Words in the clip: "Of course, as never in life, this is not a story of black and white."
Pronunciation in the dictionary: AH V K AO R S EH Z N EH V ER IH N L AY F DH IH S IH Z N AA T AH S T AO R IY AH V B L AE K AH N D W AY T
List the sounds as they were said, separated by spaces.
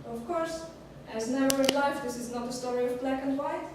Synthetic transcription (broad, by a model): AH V K AO R S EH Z N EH UH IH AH L AY F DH IH S IH Z N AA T AH S T AO R IY AH V B L AE K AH N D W AY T